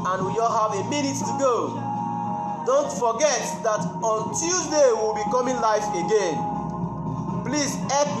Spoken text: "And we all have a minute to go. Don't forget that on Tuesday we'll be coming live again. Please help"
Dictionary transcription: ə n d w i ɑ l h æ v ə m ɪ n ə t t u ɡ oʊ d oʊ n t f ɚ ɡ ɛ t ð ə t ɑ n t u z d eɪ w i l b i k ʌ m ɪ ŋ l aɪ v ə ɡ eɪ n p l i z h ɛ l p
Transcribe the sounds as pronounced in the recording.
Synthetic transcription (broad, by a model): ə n w i ɑ l h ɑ v ə m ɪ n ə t t u ɡ oʊ d oʊ n t f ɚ ɡ ɛ t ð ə t ɑ n t u z d eɪ w i l b i k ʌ m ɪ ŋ l aɪ f ə ɡ eɪ n p l i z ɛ